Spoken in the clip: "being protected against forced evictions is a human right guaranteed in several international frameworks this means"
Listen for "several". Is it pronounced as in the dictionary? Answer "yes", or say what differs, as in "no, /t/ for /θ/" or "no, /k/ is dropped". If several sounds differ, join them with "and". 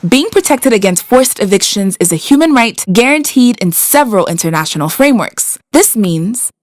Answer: yes